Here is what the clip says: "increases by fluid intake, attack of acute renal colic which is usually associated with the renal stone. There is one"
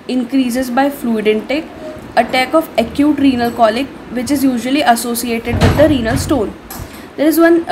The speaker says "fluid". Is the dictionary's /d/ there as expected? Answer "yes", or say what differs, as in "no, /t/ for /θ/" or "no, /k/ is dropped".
yes